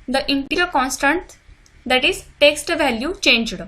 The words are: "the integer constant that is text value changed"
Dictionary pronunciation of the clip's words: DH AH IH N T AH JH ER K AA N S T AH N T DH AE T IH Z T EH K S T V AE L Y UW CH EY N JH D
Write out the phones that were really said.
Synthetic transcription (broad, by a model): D AH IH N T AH ER K AA N S T AH N T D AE T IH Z T EH K S T V AE L Y UW CH EY N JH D